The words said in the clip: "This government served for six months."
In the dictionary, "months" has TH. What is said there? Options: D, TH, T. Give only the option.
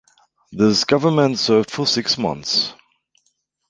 TH